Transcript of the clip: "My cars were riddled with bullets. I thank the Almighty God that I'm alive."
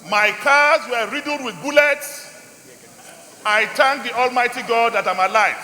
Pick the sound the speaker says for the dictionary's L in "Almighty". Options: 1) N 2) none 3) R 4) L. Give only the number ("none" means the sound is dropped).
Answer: 4